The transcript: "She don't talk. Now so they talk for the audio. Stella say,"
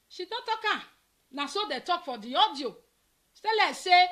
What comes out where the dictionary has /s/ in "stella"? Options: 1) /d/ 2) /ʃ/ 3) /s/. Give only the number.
2